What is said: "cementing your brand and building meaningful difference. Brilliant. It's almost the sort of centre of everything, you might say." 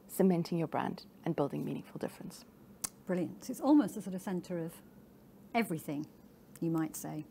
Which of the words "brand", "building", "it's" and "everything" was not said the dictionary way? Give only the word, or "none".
none